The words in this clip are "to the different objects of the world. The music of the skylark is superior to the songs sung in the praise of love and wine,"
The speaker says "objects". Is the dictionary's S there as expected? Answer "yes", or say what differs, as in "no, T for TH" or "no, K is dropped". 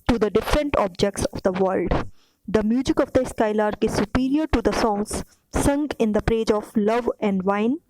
yes